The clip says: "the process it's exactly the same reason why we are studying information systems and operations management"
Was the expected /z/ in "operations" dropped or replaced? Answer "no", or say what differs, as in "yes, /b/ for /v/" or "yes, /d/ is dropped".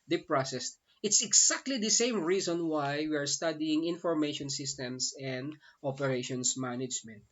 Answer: yes, /s/ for /z/